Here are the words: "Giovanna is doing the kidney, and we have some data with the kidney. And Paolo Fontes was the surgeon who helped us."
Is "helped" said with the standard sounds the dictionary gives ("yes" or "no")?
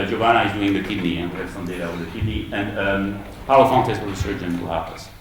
no